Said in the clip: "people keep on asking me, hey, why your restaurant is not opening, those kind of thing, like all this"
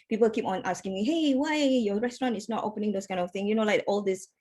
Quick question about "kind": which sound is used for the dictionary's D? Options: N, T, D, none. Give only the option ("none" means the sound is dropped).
none